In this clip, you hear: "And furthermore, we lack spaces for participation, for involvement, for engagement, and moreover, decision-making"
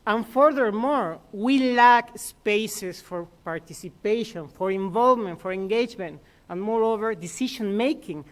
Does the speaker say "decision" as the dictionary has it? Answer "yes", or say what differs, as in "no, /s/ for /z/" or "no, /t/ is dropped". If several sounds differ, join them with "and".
no, /ʃ/ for /ʒ/